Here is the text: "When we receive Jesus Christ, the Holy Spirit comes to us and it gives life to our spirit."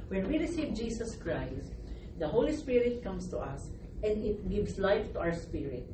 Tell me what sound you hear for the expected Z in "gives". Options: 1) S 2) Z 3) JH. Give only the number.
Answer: 1